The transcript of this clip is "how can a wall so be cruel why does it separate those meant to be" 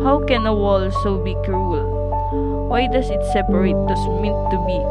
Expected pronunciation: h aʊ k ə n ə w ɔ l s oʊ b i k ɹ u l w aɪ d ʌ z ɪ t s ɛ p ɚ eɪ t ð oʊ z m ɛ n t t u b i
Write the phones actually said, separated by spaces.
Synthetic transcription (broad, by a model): h aʊ k ə n ə w ɔ l s oʊ b i k ɹ u l w aɪ d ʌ s ɪ t s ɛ p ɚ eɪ t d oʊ s m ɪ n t t u b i